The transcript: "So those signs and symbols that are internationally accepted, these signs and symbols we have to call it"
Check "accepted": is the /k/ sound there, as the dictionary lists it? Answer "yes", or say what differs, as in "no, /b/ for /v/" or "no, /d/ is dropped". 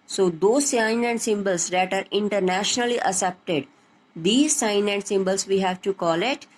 no, /k/ is dropped